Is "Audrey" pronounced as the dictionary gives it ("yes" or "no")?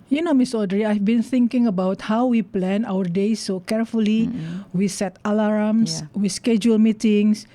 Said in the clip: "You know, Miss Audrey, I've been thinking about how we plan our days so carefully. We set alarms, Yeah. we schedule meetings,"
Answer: yes